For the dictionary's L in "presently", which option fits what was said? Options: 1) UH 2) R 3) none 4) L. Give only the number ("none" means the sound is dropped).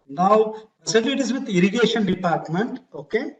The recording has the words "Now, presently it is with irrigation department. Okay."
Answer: 3